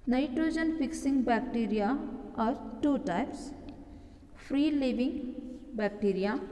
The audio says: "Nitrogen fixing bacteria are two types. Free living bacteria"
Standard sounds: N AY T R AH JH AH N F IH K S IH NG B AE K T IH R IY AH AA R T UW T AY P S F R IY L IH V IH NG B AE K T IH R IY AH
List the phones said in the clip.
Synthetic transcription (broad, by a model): N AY T R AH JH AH N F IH K S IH NG B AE K T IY R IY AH AA R T UW T AY P S P R IY L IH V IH NG B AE K T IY R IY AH